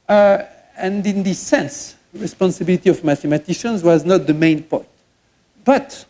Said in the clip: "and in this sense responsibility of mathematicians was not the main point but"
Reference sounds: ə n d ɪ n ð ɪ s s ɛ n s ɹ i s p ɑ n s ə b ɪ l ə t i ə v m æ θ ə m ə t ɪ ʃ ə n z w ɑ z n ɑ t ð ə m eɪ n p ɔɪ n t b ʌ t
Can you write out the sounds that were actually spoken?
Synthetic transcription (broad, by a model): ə n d ɪ n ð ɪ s s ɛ n s ɹ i s p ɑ n s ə b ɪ l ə t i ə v m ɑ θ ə m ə t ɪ ʃ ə n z w ɑ z n ɑ t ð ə m eɪ n p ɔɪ t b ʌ t